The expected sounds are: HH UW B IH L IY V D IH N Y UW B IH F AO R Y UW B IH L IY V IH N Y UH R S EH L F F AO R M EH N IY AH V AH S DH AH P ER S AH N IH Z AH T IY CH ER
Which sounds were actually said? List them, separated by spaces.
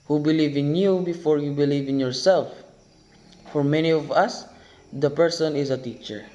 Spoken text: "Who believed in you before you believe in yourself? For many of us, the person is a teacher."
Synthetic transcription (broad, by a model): HH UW B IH L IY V IH N Y UW B IH F AO R Y UW B IH L IY V IH N Y UH R S EH L F F AO R M EH N IY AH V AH S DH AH P ER S AH N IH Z AH T IY CH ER